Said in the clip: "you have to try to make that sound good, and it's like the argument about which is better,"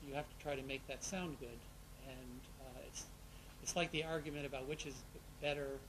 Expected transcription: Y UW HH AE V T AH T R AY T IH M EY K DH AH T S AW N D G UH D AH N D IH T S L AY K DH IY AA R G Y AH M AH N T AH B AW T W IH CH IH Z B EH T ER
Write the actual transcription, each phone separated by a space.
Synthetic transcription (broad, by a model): Y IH HH AE F T AH T R AY T IH M EY K DH AH T S AW N G UH D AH N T IH T S L AY K DH IY AA R G Y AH M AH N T AH B AW T W IH CH IH Z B EH T ER